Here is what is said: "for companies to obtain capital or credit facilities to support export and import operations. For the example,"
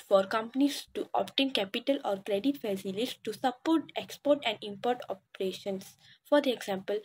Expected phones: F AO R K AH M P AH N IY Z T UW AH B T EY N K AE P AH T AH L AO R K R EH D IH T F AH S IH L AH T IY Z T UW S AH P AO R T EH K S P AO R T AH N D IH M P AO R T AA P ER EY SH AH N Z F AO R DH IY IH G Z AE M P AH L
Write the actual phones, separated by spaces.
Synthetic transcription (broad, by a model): F AO R K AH M P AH N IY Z T UW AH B T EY N K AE P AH T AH L AO R K R EH D IH T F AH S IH L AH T T UW S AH P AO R T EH K S P AO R T AH N D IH M P AO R T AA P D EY SH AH N S F AO R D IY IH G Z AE M P AH L